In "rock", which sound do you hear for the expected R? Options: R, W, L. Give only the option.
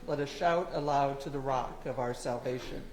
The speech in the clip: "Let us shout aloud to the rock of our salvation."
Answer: R